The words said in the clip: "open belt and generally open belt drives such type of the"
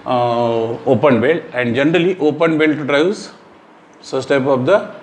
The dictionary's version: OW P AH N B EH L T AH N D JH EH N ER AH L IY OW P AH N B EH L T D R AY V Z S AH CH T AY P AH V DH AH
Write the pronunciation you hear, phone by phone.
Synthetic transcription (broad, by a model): OW P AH N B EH L AH N D JH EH N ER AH L IY OW P AH N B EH L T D R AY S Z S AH S T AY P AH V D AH